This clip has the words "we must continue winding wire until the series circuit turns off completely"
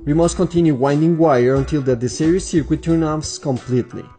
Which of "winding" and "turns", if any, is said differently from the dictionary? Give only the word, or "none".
turns